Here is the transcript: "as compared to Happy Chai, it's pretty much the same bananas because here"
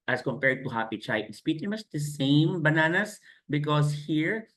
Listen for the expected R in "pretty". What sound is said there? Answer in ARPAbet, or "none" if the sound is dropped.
none